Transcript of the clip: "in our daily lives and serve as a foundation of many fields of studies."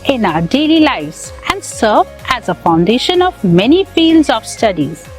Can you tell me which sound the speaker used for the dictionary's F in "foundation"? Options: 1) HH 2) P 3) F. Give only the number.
3